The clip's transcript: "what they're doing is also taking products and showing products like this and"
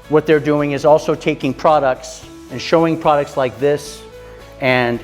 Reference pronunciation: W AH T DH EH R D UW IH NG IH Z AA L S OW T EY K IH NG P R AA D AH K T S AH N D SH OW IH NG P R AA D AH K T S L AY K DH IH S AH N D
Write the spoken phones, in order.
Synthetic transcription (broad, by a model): W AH T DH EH R D UW IH NG IH Z AA L S OW T EY K IH NG P R AA D AH K T S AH N SH OW IH NG P R AA D AH K T S L AY K DH IH S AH N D